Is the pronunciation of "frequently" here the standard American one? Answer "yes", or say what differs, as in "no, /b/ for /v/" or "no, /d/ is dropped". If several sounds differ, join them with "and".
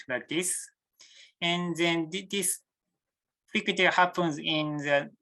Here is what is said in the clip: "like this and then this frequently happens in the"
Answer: no, /n/ is dropped and /l/ is dropped